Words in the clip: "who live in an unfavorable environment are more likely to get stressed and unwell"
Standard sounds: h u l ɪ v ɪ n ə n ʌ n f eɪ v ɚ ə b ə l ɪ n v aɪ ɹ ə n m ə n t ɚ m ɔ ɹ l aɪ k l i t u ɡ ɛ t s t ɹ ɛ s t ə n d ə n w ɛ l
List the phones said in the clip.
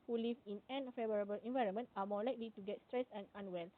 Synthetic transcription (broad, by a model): h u l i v ɪ n ə n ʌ f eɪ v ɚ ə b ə l ɪ n v aɪ ɹ ə n m ə n t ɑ m ɔ l aɪ k l i t u ɡ ɛ t s t ɹ ɛ s ə n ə n w ɛ l